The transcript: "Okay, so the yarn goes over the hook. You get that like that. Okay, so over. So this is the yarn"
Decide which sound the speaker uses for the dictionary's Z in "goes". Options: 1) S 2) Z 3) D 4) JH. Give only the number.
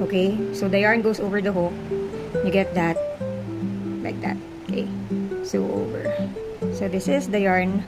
1